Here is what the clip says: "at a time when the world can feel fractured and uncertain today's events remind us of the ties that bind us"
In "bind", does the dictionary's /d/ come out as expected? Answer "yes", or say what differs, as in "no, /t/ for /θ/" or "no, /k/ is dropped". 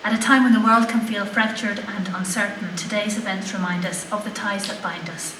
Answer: yes